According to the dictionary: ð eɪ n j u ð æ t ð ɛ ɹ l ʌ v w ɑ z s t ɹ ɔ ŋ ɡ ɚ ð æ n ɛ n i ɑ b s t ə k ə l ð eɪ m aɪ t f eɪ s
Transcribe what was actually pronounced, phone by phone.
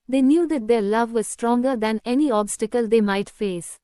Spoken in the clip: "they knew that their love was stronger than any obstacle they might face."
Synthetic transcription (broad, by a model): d eɪ n j u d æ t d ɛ ɹ l ʌ v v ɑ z s t ɹ ɔ ŋ ɡ ɚ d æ n ɛ n i ɑ b s t ə k ə l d eɪ m aɪ t f eɪ s